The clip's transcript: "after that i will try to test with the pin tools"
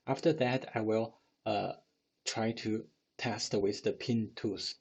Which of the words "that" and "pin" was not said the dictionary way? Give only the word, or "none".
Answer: none